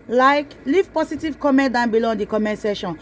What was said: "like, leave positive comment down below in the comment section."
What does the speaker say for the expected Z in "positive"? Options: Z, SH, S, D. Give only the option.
S